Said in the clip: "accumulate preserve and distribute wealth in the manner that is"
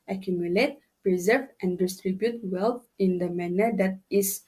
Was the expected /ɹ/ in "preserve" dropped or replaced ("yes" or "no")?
no